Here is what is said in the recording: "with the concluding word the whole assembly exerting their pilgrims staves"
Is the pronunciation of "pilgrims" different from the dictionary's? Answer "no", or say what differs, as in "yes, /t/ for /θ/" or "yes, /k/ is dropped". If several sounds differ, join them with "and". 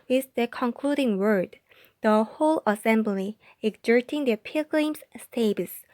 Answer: yes, /l/ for /ɹ/